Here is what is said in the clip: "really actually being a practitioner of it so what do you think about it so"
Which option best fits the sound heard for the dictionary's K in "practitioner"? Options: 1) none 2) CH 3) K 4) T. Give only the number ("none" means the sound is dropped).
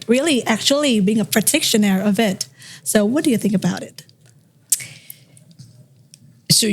1